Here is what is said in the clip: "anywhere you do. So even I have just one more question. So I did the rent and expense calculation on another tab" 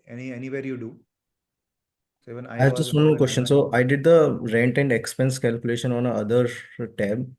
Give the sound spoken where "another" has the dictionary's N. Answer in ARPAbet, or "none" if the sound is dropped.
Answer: none